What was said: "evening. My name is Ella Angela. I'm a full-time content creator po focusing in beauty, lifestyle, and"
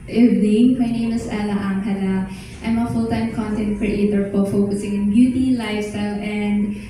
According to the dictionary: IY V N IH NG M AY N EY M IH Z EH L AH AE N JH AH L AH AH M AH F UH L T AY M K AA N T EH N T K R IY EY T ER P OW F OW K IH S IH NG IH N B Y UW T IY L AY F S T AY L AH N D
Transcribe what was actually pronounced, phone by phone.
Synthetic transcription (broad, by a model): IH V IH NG M AY N EY M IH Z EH L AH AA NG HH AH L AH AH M AH F UH L T AY M K AA N T EH N T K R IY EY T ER F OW F OW K IH S IH NG IH N B Y UW T IY L AY F S T AY L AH N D